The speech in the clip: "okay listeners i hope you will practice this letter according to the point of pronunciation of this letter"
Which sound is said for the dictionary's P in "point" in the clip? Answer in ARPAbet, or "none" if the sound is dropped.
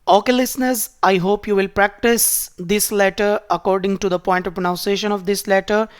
P